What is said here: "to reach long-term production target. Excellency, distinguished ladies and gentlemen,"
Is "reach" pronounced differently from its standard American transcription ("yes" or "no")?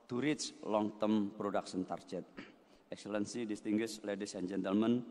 yes